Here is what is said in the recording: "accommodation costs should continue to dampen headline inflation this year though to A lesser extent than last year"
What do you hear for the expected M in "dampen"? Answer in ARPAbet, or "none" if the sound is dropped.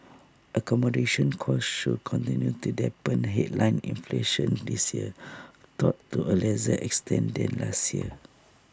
none